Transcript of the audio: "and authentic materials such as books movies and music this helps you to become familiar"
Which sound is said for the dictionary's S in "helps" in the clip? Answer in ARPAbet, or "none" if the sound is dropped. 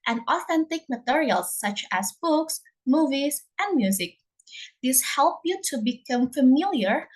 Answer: none